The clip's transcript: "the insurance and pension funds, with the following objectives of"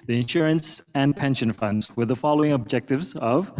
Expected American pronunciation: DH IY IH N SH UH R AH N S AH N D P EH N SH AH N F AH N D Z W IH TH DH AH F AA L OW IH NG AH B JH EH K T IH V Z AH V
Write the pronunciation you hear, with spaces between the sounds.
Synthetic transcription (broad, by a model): DH IY IH N SH UH R AH N S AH N P EH N SH AH N F AH N D Z W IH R DH AH F AA L OW IH NG AH B JH EH K T IH V Z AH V